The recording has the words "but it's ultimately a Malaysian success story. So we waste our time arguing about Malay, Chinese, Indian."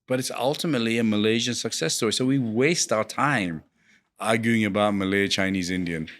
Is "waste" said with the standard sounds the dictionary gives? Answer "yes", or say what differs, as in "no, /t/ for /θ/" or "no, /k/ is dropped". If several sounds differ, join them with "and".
yes